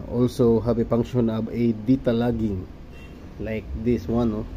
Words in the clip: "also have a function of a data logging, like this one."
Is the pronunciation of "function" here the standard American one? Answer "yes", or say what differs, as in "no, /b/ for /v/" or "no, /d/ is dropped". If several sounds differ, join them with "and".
no, /p/ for /f/ and /k/ is dropped